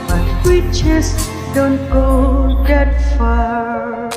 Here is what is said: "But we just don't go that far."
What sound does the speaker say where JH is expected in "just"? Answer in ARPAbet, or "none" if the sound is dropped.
CH